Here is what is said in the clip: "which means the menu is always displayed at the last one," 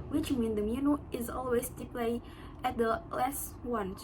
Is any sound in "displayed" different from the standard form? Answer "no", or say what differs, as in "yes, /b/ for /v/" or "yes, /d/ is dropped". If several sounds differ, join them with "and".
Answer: yes, /s/ is dropped